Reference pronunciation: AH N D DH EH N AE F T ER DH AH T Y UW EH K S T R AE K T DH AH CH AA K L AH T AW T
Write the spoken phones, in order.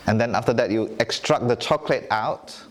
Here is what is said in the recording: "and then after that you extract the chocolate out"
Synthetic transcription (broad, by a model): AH N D EH N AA F T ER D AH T Y UW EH K S T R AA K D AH CH AA K L AH T AW T